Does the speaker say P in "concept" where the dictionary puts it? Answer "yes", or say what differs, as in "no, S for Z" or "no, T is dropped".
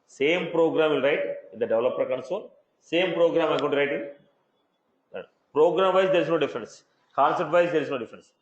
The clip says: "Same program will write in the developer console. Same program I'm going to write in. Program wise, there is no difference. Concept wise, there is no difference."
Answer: no, P is dropped